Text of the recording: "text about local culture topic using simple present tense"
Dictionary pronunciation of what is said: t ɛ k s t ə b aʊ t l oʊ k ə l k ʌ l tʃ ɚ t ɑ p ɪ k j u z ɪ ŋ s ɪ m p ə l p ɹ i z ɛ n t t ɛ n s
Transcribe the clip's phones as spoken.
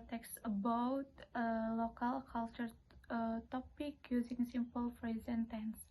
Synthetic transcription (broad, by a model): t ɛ k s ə b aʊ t l oʊ k ə l k ʌ l tʃ ɚ t ɑ p ɪ k j u z ɪ ŋ s ɪ m p ə l f ɹ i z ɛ n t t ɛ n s